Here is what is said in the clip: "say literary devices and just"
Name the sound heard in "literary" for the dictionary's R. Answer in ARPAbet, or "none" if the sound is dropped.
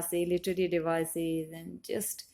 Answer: L